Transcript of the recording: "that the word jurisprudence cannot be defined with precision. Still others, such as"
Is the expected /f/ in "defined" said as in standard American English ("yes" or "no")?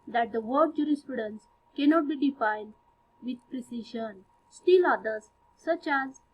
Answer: yes